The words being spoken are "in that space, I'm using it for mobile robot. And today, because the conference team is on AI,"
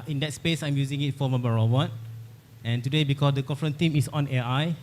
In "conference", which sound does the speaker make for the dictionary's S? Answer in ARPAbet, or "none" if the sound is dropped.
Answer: none